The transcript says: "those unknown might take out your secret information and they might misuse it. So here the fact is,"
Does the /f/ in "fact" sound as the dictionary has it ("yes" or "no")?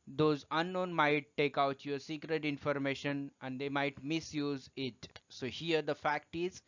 yes